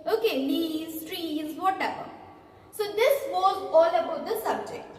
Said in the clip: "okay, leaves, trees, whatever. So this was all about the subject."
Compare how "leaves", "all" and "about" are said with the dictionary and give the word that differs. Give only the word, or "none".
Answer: leaves